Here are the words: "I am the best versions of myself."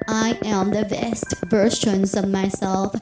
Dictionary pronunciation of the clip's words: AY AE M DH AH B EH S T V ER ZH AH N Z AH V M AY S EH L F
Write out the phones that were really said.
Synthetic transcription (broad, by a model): AY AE M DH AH B EH S T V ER SH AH N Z AH V M AY S EH L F